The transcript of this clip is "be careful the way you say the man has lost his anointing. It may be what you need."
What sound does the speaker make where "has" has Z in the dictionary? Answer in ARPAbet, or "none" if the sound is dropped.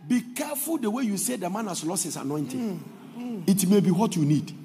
S